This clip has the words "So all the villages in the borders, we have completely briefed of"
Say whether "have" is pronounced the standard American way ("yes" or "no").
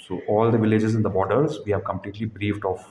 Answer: yes